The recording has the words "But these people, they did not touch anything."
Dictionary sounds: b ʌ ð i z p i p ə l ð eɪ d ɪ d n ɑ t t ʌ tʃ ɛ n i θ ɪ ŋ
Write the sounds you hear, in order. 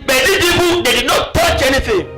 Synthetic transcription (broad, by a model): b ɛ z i p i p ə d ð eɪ d ɪ d n ɑ t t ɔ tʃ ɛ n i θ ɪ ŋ